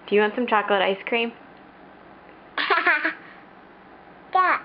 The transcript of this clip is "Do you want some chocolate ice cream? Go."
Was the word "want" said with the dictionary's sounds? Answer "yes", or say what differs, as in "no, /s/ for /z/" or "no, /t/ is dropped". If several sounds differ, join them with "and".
yes